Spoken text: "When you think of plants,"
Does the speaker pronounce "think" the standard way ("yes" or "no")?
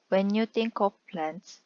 no